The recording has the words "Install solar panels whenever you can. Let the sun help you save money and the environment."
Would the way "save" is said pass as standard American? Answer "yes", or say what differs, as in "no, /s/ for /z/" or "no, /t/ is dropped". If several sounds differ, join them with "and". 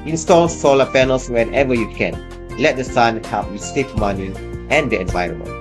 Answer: no, /f/ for /v/